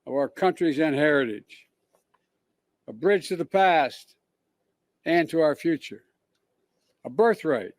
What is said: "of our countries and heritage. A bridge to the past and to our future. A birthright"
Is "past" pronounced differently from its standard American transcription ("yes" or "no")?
no